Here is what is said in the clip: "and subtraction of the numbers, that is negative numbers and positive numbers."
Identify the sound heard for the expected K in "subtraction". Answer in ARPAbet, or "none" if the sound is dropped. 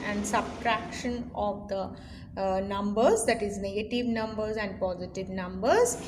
K